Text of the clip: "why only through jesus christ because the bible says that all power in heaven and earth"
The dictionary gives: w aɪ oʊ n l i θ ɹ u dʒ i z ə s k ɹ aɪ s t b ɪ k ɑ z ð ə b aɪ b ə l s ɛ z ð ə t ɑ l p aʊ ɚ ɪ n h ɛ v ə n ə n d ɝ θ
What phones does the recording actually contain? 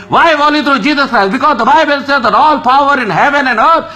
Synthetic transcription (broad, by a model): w aɪ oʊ l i t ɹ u dʒ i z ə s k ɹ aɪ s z b ɪ k ɑ z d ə b aɪ b ə l s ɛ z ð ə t ɑ l p aʊ ɚ ɪ n h ɛ v ə n ə n d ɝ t